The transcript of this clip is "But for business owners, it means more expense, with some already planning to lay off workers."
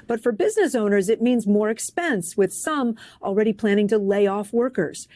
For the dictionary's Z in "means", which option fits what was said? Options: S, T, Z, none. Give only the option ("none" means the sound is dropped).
Z